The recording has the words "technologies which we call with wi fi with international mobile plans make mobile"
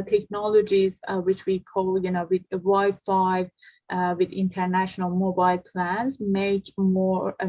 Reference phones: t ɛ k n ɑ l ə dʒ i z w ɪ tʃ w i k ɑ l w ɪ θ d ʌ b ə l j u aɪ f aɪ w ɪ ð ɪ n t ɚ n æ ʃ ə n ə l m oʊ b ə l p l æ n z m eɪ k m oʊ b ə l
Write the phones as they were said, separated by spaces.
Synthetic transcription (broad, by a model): t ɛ k n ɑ l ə dʒ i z w ɪ tʃ w i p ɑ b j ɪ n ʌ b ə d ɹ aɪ f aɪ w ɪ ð ɪ n t ɚ n æ ʃ ə n ə l m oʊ b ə l p l æ n z m eɪ k m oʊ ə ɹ